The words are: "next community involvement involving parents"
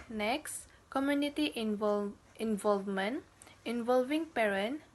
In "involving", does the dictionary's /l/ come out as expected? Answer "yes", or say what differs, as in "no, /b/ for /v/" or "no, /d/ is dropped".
yes